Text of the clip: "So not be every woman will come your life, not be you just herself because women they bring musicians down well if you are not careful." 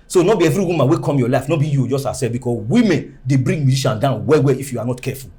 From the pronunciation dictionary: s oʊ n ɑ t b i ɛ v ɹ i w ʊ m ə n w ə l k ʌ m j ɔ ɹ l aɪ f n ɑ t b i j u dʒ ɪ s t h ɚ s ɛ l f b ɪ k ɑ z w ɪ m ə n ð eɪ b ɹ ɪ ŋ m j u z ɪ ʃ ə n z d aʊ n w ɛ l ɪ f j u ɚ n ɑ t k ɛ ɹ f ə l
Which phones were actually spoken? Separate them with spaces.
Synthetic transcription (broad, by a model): s oʊ n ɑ b i ɛ v ɹ i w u m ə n w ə k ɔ m j ɔ l aɪ f n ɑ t b i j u dʒ ɪ s t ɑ s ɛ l b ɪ k ɑ s w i m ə n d eɪ b ɹ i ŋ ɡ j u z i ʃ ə n d aʊ n w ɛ w ɪ f j u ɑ n ɑ t k ɛ f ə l